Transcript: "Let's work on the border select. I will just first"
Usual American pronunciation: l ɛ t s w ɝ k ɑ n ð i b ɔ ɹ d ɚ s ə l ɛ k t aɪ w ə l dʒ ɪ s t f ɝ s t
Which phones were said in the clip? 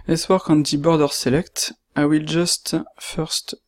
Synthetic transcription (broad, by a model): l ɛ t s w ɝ k ɑ n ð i b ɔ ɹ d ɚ s ə l ɛ k t aɪ w ə l dʒ ɪ s t f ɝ s t